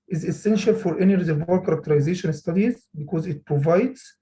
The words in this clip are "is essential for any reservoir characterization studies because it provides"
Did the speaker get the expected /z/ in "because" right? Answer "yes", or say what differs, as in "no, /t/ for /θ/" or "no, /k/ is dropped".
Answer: yes